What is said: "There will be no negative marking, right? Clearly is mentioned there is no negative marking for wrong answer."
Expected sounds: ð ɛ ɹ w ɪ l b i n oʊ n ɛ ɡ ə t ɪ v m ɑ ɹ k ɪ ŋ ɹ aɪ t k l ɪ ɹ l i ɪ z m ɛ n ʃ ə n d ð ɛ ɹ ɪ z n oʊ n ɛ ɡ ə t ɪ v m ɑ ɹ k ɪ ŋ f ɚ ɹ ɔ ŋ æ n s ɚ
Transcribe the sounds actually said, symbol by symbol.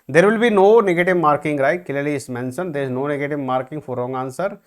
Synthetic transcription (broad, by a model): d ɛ ɹ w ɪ l b i n oʊ n ɛ ɡ ə t ɪ v m ɑ ɹ k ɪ ŋ ɹ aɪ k ɪ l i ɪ s m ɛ n s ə n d ɪ z n oʊ n ɛ ɡ ə t ɪ v m ɑ ɹ k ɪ ŋ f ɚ ɹ ɔ ŋ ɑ n s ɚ